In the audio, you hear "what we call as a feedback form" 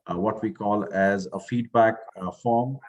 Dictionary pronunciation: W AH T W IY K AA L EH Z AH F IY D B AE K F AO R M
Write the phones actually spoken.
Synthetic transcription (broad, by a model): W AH T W IY K AA L EH Z AH F IY D B AE K F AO R M